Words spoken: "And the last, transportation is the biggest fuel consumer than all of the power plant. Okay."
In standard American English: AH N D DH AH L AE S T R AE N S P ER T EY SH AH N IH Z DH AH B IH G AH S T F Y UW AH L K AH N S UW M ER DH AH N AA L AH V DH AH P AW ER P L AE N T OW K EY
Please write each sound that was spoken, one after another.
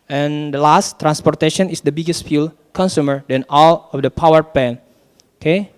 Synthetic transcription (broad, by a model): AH N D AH L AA S T R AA N S P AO T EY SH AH N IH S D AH B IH G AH S T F Y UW L K AH N S UW M ER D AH N AA L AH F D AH P AW ER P EH N OW K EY